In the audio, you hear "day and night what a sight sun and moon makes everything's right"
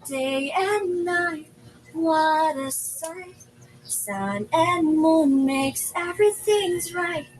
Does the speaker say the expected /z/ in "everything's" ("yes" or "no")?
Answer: yes